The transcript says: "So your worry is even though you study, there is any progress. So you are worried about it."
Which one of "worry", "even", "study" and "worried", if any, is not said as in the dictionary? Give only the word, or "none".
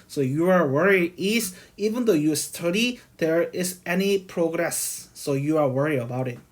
worried